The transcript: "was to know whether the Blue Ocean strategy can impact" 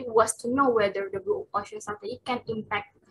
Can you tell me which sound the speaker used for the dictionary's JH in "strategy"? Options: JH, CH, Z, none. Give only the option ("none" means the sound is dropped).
none